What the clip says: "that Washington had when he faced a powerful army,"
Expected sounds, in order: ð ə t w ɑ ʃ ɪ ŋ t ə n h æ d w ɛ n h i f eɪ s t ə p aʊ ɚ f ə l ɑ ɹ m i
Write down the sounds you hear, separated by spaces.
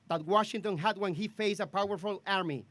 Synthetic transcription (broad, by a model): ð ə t w ɑ ʃ ɪ ŋ t ə n h æ d w ɛ n h i f eɪ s ə p aʊ ɚ f ə l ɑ ɹ m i